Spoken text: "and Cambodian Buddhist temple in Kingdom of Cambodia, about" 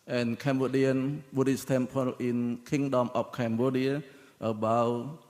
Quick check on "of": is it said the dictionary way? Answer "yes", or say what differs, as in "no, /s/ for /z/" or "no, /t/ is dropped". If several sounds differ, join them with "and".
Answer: no, /p/ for /v/